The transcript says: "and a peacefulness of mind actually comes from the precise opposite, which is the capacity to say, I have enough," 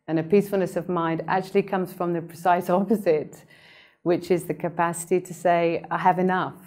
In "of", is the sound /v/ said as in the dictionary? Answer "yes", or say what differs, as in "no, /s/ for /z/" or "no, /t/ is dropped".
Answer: yes